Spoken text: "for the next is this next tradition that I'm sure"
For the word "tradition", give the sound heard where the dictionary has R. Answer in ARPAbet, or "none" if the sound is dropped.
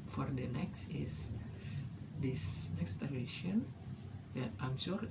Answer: none